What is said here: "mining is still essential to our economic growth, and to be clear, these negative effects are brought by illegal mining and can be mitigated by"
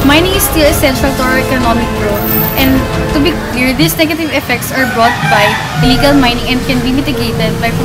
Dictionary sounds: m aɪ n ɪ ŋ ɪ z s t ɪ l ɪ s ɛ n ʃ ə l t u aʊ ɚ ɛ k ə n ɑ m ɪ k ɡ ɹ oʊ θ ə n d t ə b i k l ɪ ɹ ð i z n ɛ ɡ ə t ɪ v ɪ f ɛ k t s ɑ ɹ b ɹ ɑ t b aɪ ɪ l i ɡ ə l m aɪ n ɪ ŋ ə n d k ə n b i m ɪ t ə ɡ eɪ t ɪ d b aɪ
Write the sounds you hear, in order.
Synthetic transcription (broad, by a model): m aɪ n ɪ ŋ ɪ s t ɪ l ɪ s ɛ n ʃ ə l t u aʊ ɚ ɛ k ə n ɑ m ɪ k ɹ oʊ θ ə n d t ə b i k l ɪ ɹ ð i s n ɛ ɡ ə t ɪ v ɪ f ɛ k t s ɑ ɹ b ɹ ɑ t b aɪ ɪ l i ɡ ə l m aɪ n ɪ ŋ ə n d k ə n b i m ɪ t ə ɡ eɪ t ɪ d b aɪ